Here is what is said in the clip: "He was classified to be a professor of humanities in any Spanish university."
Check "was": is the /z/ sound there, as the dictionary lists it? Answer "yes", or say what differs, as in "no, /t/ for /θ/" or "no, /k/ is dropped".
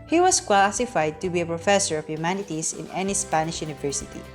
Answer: no, /s/ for /z/